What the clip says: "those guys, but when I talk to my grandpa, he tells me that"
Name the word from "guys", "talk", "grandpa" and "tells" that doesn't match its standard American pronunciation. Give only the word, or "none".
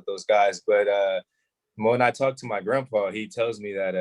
none